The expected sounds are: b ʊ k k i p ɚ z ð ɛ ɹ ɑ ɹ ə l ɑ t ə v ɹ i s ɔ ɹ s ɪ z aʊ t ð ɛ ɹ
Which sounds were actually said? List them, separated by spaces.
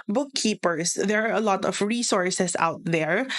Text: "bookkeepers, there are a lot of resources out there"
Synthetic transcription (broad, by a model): b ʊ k k i p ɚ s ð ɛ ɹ ɑ ɹ ə l ɑ t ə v ɹ i s ɔ ɹ s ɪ s aʊ t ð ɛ ɹ